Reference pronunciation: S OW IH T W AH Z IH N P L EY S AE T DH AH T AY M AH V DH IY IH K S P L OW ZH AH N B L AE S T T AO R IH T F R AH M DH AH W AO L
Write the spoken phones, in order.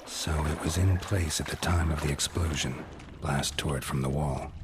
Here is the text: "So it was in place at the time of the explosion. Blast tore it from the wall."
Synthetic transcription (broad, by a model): S OW IH T W AH Z IH N P L EY S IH T DH AH T AY M AH V DH IY IH K S P L OW ZH AH N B L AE S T T AO R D F R AH M DH AH W AO L